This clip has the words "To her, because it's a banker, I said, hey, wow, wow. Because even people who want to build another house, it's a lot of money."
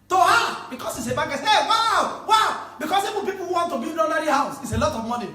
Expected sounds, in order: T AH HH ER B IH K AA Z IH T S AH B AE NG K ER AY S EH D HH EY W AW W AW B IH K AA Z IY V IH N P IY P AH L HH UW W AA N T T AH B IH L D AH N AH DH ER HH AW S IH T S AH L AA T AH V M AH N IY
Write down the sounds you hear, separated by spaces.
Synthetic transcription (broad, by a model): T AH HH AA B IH K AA S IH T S AH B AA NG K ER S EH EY W AW W AW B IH K AA S IY V IH N P IY P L HH UW W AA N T T AH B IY D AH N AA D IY HH AW S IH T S AH L AA T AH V M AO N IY